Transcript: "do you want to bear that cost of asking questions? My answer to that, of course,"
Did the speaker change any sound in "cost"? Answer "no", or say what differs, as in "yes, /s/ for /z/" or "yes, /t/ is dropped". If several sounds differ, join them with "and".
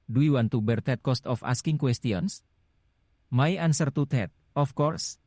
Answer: no